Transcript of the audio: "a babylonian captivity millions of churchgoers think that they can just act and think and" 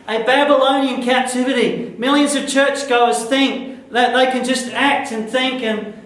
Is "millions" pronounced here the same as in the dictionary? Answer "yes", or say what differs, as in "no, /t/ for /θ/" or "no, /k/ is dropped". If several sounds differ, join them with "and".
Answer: yes